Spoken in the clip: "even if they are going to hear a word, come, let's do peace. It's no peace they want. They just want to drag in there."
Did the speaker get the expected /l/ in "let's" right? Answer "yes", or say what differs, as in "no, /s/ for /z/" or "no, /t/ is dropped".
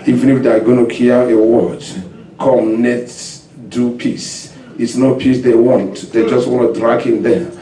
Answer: no, /n/ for /l/